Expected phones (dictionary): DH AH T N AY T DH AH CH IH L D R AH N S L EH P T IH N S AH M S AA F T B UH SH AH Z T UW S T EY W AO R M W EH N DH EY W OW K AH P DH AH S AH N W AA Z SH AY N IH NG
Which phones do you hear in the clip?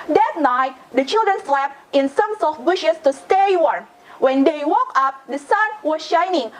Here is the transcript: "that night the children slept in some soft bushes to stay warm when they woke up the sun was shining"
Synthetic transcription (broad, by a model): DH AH T N AY T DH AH CH IH L D R AH N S L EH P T IH N S AH M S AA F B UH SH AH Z T UW S T EY W AO R M W EH N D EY W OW K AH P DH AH S AH N W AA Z SH AY N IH NG